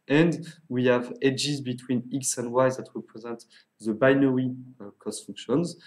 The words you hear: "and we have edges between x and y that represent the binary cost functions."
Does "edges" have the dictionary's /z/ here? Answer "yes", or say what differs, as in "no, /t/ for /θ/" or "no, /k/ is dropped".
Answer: yes